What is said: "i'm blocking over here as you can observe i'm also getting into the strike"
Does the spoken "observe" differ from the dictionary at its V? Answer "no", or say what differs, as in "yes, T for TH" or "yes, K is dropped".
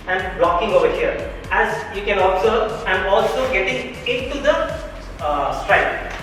yes, V is dropped